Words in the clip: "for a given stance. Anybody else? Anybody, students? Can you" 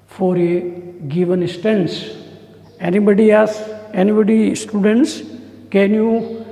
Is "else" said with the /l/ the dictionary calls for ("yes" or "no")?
no